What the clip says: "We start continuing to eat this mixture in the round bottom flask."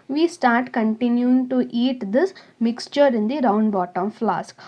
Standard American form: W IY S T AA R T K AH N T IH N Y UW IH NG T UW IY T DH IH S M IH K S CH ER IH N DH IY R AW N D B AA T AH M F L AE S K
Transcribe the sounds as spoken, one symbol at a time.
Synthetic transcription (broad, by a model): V IY S T AA R T K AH N T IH N Y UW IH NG T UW IY T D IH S M IH K S CH ER IH N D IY R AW N D B AA T AH M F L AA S K